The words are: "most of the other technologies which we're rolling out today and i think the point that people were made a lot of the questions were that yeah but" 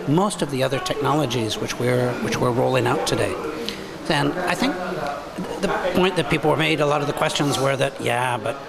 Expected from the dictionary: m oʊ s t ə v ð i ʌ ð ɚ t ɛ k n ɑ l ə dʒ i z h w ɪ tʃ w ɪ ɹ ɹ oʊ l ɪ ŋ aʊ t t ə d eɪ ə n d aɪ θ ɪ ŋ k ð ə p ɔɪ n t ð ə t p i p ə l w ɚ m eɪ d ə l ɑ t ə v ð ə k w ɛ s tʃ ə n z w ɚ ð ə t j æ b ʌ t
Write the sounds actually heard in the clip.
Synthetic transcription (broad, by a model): m oʊ s t ə v ð i ʌ ð ɚ t ɛ k n ɑ l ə dʒ i z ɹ w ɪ tʃ w ɪ ɹ ɹ oʊ l ɪ ŋ aʊ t t ə d eɪ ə n aɪ θ ɪ ŋ k ð ə p ɔɪ n ð ə t p i p l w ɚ m eɪ d ə l ɑ t ə v ð ə k w ɛ s tʃ ə n z w ɚ ð ə t j æ b ʌ t